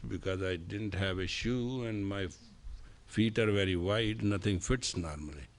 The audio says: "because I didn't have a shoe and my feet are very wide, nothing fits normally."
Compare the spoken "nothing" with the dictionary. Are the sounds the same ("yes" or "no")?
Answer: no